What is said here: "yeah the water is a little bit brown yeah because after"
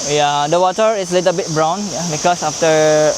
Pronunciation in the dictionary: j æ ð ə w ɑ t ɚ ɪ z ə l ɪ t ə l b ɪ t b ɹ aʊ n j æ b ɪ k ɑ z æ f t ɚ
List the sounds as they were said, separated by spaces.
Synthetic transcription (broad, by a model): j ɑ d ə w ɑ t ɚ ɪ s ə l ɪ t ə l b ɪ t b ɹ aʊ n j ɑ b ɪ k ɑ s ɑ f t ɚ